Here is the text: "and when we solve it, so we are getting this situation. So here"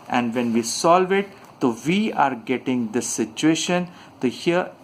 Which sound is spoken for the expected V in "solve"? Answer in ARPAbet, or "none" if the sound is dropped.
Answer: V